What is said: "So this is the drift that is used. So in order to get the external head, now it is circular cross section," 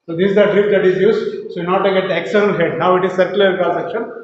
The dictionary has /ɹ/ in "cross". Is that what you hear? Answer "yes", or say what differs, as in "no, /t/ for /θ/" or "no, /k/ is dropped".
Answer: no, /ɹ/ is dropped